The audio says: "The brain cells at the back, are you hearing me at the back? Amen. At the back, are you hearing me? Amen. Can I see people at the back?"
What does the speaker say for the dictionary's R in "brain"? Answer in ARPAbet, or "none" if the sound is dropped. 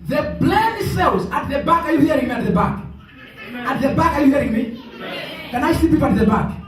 L